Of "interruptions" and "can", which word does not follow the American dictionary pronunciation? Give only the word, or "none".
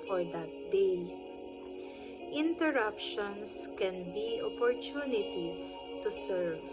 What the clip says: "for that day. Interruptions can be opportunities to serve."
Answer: interruptions